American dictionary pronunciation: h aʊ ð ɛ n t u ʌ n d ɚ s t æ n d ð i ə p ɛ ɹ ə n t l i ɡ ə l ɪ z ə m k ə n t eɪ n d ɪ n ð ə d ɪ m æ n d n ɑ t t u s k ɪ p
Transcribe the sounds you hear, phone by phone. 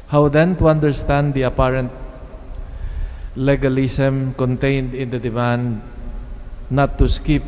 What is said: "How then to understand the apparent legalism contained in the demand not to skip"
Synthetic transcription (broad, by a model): h aʊ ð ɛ n t u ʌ n d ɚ s t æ n d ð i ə p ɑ ɹ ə n t l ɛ ɡ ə l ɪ s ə m k ə n t eɪ n d ɪ n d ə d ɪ m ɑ n d n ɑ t t u s k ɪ p